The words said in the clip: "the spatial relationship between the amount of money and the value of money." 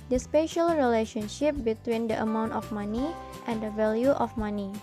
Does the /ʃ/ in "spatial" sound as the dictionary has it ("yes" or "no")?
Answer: yes